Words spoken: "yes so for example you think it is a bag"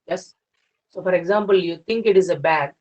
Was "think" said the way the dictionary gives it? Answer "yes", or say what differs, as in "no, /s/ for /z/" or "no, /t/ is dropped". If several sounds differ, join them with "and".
no, /t/ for /θ/